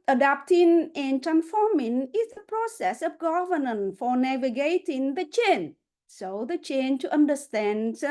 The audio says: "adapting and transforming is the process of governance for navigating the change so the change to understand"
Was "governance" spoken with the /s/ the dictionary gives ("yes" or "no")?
no